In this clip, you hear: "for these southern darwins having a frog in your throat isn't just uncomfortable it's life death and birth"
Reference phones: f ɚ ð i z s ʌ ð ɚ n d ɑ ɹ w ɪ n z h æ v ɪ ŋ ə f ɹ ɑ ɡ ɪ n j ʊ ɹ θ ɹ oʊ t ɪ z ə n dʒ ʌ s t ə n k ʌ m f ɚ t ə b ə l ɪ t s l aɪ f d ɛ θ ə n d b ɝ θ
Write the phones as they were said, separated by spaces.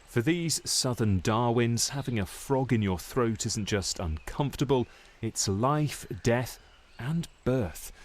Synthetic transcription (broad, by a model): f ɚ ð i z s ʌ ð ɚ n d ɑ ɹ w ɪ n z h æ v ɪ ŋ ə f ɹ ɑ ɡ ɪ n j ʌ ɹ θ ɹ oʊ t ɪ z n dʒ ʌ s t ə n k ʌ m f t ə b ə l ɪ t s l aɪ f d ɛ θ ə n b ɝ θ